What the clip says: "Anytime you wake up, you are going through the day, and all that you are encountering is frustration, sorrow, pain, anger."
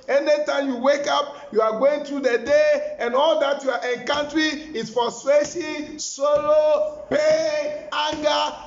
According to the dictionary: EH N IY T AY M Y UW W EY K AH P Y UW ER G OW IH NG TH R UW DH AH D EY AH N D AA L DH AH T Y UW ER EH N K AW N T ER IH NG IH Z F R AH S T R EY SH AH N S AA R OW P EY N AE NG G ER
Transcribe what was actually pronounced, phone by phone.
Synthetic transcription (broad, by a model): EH N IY T AY M Y UW W EY K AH P Y UW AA G OW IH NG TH R UW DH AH D EY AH N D AA L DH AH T Y UW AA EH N K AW N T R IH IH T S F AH S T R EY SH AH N S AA L OW P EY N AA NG G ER